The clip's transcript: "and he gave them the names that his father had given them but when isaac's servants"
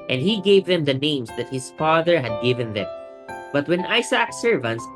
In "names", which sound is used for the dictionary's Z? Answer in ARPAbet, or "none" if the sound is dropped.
S